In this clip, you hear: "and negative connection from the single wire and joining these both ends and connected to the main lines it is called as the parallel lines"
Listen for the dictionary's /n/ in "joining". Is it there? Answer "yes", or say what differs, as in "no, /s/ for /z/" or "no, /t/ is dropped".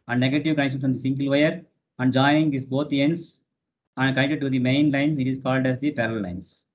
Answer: no, /n/ is dropped